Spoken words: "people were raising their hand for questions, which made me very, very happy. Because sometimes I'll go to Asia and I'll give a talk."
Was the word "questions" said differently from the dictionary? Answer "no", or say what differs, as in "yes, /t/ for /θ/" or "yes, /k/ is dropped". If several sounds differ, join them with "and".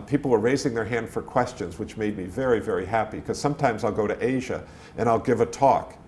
no